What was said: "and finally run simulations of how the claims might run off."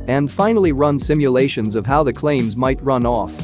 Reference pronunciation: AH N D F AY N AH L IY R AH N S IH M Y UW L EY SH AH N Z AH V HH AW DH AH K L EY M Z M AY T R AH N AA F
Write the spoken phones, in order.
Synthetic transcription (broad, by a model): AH N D F AY N L IY R AH N S IH M Y UW L EY SH AH N Z AH V HH AW DH AH K L EY M Z M AY T R AH N AA F